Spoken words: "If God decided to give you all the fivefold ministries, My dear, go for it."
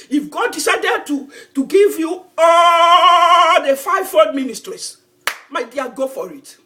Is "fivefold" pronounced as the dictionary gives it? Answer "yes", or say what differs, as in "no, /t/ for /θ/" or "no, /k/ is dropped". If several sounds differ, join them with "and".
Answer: no, /l/ is dropped